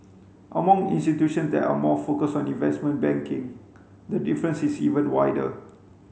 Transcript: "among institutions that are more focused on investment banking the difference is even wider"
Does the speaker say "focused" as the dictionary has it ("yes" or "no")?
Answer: no